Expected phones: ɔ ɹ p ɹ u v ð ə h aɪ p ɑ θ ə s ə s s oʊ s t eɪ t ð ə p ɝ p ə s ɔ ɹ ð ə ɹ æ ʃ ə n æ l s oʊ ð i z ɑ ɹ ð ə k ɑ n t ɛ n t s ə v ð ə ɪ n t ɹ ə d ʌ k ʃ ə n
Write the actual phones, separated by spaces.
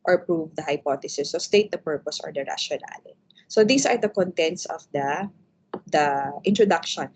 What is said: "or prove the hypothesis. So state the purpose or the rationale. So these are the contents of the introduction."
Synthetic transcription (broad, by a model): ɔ ɹ p ɹ u v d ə h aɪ p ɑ t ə s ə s s oʊ s t eɪ t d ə p ɝ p ə s ɔ ɹ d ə ɹ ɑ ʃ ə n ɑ l s oʊ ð i s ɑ ɹ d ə k ɑ n t ɛ n t s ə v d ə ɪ n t ɹ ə d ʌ k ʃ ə n